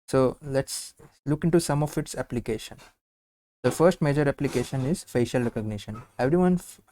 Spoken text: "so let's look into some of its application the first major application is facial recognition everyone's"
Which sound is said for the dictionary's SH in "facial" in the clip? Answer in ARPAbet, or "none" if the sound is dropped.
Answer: SH